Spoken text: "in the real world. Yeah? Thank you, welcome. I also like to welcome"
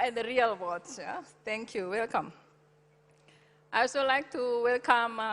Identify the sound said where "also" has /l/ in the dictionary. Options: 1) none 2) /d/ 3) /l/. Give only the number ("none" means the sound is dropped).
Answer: 1